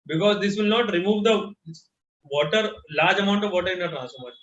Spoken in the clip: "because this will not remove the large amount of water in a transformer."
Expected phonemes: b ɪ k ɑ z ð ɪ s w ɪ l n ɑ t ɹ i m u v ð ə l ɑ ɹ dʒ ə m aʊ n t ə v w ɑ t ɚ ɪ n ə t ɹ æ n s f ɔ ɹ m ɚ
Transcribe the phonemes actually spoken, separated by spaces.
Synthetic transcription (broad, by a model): b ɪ k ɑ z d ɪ s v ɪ l n ɑ t ɹ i m u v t ə l ɑ ɹ dʒ ə m aʊ n t ə v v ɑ t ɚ ɪ n ə t ɹ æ n s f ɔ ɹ m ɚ